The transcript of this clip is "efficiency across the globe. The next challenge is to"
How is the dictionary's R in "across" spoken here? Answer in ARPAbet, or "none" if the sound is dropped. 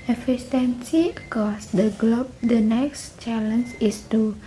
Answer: none